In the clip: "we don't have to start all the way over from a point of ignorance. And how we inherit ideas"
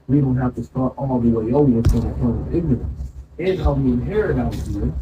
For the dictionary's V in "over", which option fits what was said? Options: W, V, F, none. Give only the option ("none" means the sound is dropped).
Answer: none